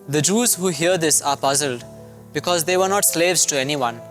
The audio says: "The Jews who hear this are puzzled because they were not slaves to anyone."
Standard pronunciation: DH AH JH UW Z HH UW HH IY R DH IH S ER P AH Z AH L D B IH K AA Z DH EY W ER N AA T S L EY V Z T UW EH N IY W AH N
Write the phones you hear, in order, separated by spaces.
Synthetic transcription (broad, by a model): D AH JH UW Z HH UW HH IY R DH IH S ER P AH Z AH L D B IH K AA Z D EY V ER N AA T S L EY V Z T UW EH N IY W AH N